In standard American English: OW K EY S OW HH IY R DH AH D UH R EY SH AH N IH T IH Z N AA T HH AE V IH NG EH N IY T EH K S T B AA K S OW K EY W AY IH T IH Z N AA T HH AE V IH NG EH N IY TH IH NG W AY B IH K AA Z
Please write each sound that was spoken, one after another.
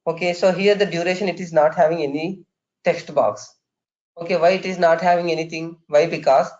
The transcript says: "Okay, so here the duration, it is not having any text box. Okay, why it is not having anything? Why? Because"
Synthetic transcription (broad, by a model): OW K EY S OW HH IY R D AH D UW R EY SH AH N IH T IH Z N AA T HH AE V IH NG EH N IY T EH K S T B AA K S OW K EY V AY IH T IH Z N AA T HH AE V IH NG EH N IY T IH NG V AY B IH K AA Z